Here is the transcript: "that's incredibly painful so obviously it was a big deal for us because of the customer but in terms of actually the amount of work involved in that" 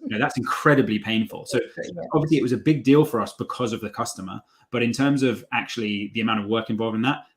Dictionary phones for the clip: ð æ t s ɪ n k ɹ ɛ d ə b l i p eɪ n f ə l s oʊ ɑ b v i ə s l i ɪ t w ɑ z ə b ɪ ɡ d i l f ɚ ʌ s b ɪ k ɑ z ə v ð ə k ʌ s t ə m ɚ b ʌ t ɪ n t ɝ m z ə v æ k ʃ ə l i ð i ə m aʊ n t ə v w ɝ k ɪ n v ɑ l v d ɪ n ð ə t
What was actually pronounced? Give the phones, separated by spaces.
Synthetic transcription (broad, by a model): ð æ t s ɪ n k ɹ ɛ d ə b l i p eɪ n f ə l s oʊ ɑ b v i ə s l i ɪ t w ɑ z ə b ɪ ɡ d i l f ɚ ʌ s b ɪ k ɑ z ə v ð ə k ʌ s t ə m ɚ b ʌ t ɪ n t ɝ m z ə v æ k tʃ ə l i ð i ə m aʊ n t ə v w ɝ k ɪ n v ɑ l v ɪ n ð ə t